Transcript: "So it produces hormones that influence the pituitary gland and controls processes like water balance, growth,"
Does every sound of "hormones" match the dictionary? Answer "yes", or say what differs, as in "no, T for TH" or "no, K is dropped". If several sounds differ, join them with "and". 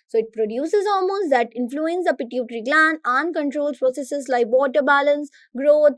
no, L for R